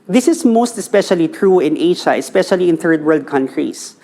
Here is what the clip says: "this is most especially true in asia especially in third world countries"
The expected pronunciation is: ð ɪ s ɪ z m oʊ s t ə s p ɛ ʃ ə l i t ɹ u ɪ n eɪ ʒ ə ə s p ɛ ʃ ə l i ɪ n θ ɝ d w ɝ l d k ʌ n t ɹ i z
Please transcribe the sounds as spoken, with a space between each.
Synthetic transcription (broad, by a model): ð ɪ s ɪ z m oʊ s t ə s p ɛ ʃ ə l i t ɹ u ɪ n eɪ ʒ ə ə s p ɛ ʃ ə l i ɪ n θ ɝ d w ɝ l d k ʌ n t ɹ i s